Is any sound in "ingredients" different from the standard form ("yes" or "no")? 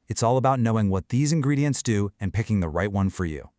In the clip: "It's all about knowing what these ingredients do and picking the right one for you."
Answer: no